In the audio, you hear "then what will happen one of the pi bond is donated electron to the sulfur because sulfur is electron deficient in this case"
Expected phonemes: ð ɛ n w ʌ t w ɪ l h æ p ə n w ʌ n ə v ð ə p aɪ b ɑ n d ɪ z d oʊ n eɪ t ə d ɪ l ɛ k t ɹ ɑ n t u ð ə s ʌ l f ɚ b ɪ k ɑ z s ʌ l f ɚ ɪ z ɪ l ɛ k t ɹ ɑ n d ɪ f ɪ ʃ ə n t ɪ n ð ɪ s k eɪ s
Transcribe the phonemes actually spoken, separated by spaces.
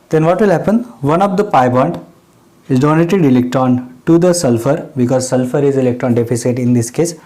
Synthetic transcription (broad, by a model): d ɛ n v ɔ t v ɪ l h æ p ə n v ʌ n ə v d ə p aɪ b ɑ n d ɪ z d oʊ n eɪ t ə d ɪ l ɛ k t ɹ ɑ n t u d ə s ʌ l f ɚ b ɪ k ɑ z s ʌ l f ɚ ɪ z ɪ l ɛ k t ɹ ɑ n d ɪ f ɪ s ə t ɪ n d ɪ s k eɪ s